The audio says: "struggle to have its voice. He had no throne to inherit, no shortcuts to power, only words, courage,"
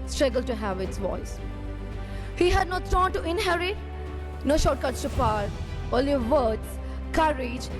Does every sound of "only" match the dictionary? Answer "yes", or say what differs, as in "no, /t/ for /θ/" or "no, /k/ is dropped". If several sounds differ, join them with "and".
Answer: no, /n/ is dropped